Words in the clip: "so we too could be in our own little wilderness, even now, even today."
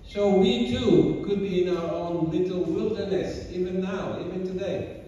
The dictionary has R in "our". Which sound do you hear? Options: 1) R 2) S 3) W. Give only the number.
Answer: 3